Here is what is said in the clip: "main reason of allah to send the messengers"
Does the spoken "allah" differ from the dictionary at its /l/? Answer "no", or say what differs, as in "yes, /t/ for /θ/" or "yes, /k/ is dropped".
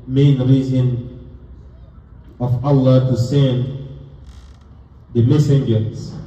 no